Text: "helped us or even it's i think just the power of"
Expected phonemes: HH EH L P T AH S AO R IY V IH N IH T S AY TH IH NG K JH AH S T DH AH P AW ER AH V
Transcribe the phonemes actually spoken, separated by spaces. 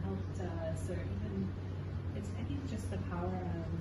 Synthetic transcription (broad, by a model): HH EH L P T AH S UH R IY V IH N IH T S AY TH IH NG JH AH S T DH AH P AW ER AH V